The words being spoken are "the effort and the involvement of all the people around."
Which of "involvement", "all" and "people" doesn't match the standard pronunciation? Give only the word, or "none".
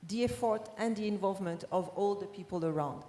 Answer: none